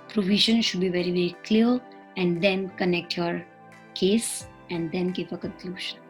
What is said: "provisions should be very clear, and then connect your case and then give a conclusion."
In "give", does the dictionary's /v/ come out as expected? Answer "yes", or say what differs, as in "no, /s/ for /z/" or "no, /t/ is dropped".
no, /p/ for /v/